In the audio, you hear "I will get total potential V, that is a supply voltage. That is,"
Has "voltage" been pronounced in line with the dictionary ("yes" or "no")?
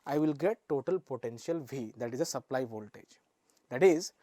yes